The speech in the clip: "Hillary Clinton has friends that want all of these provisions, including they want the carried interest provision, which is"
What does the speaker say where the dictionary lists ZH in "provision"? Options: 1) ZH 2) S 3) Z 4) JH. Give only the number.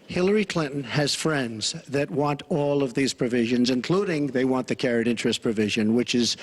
1